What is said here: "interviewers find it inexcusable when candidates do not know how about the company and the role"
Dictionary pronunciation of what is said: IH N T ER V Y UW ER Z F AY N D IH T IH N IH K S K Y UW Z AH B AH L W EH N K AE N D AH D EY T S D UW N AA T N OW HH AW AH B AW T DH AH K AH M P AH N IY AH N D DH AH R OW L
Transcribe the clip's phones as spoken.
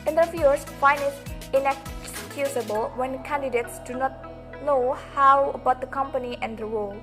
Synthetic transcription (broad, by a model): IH N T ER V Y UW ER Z F AY N D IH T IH N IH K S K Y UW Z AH B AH L W EH N K AE N D AH D EY T S D UW N AA T N OW HH AW AH B AW T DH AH K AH M P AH N IY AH N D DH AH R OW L